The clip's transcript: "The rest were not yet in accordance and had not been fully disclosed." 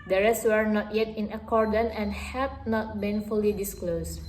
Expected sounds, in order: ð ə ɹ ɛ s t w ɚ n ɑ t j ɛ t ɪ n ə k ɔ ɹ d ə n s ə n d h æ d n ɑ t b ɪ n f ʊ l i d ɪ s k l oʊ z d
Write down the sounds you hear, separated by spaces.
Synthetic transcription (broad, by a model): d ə ɹ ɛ s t w ɚ n ɑ t j ɛ t ɪ n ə k ɔ ɹ d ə n ə n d h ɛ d n ɑ t b ɪ n f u l i d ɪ s k l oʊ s